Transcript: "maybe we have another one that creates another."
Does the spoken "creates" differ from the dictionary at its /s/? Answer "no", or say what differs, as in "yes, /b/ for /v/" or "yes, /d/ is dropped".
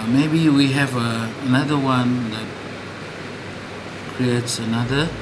no